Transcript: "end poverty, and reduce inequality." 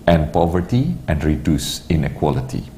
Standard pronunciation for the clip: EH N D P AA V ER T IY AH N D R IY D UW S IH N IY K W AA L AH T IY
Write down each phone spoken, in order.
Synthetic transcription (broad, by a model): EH N P AA V ER T IY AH N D R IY D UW S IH N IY K W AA L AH T IY